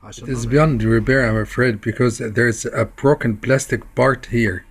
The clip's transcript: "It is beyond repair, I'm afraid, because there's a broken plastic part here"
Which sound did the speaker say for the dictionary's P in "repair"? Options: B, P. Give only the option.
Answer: B